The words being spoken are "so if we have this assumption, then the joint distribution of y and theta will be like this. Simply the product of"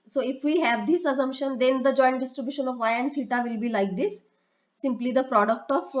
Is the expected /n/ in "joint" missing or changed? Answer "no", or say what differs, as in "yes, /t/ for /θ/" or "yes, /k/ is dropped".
no